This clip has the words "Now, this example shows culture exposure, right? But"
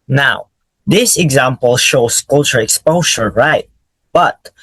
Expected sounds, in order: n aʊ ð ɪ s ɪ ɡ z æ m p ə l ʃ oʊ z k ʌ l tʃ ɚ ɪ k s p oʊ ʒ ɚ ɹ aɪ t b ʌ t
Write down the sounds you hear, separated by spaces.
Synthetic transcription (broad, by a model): n aʊ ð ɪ s ɪ ɡ z æ m p ə l ʃ oʊ s k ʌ l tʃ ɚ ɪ k s p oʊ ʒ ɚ ɹ aɪ t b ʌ t